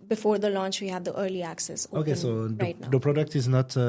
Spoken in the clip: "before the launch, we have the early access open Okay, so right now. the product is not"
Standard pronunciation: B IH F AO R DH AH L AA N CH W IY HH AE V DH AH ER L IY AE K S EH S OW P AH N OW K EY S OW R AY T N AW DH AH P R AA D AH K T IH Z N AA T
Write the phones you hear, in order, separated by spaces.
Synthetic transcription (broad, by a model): B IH F AO R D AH L AA N CH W IY HH AE V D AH ER L IY AE K S EH S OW OW K EY S OW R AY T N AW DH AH P R AA D AH K T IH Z N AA T